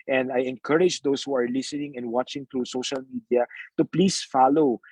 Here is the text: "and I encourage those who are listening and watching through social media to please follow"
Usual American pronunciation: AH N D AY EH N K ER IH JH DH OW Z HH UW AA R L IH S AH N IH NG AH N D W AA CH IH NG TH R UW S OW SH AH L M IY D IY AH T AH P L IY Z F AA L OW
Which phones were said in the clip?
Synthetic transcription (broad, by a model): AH N D AY EH N K ER IH JH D OW S HH UW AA R L IH S AH N IH NG AH N D W AA CH IH NG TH R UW S OW SH AH L M IY D IY AH T AH P L IY S F AA L OW